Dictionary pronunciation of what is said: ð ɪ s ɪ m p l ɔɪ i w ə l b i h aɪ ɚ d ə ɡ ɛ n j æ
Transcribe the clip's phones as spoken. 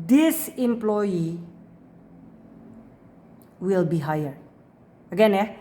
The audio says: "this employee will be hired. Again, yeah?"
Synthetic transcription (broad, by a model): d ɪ s ɪ m p l ɔɪ i w ə l b i h aɪ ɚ ə ɡ ɛ n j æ